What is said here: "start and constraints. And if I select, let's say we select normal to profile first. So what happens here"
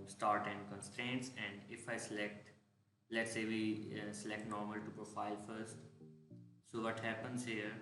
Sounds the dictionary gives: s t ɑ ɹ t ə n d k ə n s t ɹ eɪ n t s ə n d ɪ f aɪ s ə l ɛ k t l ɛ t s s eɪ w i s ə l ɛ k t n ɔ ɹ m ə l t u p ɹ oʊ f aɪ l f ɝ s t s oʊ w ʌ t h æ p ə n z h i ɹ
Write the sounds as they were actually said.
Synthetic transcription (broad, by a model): s t ɑ ɹ t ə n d k ə n s t ɹ eɪ n t s ə n d ɪ f aɪ s ə l ɛ k t l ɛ t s s eɪ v i s ə l ɛ k t n ɔ ɹ m ə l t u p ɹ oʊ f aɪ l f ɝ s t s oʊ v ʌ t h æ p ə n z h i ɹ